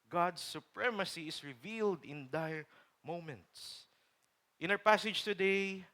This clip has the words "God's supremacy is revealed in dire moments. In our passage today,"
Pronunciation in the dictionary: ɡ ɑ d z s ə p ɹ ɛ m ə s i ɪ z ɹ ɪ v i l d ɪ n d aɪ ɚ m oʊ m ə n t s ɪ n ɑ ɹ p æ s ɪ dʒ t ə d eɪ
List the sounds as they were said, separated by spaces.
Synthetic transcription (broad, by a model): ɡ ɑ d s ə p ɹ ɛ m ə s i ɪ s ɹ ɪ v i l d ɪ n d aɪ m oʊ m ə n t s ɪ n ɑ w p æ s ɪ dʒ t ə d eɪ